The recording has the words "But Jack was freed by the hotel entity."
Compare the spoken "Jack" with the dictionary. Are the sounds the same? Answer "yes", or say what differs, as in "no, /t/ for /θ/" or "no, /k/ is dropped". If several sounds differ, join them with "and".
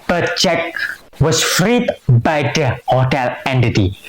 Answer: no, /tʃ/ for /dʒ/